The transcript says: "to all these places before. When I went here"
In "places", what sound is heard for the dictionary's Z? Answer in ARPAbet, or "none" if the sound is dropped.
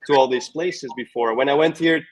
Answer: Z